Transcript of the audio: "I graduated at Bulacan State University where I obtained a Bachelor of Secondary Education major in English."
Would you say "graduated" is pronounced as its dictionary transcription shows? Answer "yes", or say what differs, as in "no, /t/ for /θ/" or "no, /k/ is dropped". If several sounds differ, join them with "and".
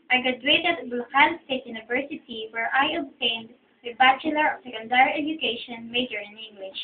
no, /ɹ/ is dropped